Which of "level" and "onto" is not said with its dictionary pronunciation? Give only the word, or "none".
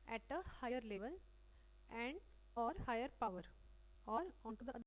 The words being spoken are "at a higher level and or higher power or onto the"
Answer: none